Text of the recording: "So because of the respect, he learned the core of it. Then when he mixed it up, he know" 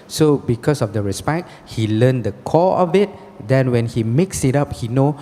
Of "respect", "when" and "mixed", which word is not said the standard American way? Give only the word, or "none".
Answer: mixed